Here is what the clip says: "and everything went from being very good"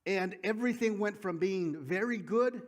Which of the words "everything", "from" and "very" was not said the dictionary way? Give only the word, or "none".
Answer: none